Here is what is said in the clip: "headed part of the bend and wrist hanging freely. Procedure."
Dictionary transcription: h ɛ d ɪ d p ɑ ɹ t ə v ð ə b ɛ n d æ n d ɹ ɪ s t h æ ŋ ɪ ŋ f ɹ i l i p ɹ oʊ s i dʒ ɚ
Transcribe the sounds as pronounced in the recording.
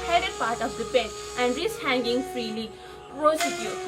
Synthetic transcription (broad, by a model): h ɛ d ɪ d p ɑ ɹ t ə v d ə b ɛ d æ n d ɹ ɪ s h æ ŋ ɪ ŋ f ɹ i l i p ɹ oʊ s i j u